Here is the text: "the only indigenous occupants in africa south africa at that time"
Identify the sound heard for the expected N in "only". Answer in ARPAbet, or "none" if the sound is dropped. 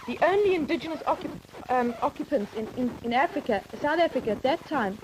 N